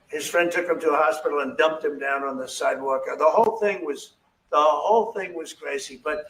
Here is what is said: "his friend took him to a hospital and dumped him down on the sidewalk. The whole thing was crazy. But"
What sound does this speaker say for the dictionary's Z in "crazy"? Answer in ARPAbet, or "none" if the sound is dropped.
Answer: S